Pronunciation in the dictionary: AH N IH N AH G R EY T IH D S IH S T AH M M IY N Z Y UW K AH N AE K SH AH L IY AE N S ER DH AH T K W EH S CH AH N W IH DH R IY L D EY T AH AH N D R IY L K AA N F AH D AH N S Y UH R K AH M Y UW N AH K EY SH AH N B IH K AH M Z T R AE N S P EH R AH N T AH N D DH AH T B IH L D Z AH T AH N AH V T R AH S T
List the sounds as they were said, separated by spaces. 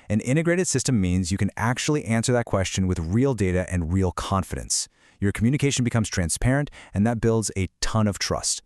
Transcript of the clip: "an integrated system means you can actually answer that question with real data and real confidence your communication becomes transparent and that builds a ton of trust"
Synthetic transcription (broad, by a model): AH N IH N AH G R EY T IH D S IH S T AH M M IY N Z Y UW K AH N AE K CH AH L IY AE N S ER DH AH T K W EH S CH AH N W IH DH R IY L D EY T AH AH N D R IY L K AA N F AH D AH N S Y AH R K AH M Y UW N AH K EY SH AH N B IH K AH M Z T R AE N S P EH R AH N T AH N DH AH T B IH L D Z AH T AH N AH V T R AH S T